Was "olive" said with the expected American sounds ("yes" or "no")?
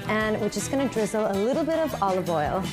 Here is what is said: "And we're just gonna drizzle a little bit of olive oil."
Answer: yes